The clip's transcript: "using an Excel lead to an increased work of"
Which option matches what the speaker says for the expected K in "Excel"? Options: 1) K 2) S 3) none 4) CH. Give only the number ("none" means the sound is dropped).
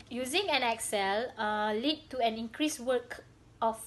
1